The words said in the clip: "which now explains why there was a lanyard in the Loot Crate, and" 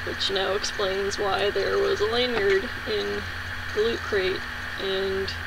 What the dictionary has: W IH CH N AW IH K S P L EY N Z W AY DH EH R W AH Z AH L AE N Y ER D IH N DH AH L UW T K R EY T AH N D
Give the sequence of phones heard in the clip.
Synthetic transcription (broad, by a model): W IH CH N AW IH K S P L EY N Z W AY DH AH R W AH Z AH L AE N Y ER D IH N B L UW T K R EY T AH N